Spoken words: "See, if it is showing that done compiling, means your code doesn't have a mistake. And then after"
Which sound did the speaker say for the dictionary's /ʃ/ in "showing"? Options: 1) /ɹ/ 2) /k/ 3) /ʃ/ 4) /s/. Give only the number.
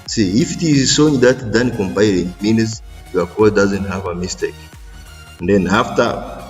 4